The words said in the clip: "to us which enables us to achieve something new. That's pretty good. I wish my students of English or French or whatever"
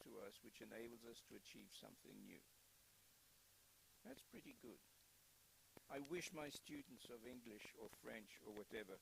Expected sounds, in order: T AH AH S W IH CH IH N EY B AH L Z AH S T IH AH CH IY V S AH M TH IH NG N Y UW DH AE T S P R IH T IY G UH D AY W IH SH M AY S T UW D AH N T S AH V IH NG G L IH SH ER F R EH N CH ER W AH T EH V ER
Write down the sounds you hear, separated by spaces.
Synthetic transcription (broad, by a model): T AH AH S W IH CH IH N EY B L Z AH S T IH AH CH IY V S AH M TH IH NG N Y UW DH AE T S P R IH T IY G UH D AY W IH SH M AY S T UW D N T S AH V IH NG G L IH SH ER F R EH N CH ER W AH T EH V ER